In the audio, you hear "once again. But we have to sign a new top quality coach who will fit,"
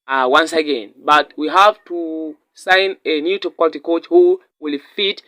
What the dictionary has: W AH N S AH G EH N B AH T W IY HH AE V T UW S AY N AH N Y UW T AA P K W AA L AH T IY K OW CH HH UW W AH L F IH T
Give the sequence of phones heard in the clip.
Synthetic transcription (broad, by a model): W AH N S AH G EH N B AH T W IY HH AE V T UW S AY N AH N Y UW T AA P K W AA L AH T IY K OW CH HH UW W AH L F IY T